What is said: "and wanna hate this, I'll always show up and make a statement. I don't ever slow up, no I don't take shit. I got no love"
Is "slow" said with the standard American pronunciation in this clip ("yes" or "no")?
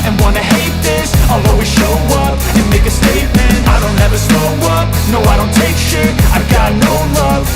no